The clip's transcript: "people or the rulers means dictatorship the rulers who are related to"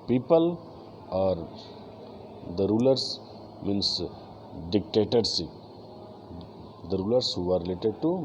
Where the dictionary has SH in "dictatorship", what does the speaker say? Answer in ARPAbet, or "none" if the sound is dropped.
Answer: S